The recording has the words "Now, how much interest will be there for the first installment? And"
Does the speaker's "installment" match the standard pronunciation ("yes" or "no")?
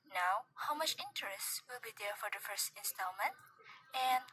yes